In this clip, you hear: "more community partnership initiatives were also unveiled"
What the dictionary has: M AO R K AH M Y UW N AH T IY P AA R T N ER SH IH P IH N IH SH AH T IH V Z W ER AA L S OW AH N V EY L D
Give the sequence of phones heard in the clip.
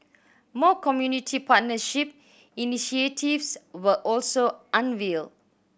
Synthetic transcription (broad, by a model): M AO K AH M Y UW N AH T IY P AA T N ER SH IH P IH N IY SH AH T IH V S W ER AA L S OW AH N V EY L